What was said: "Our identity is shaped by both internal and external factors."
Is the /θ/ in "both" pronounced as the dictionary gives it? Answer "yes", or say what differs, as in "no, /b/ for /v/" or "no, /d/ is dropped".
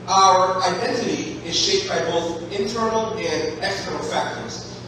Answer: yes